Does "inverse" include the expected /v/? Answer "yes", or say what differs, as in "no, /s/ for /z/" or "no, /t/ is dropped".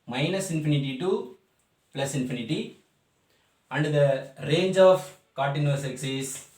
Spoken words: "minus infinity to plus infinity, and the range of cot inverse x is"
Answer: no, /v/ is dropped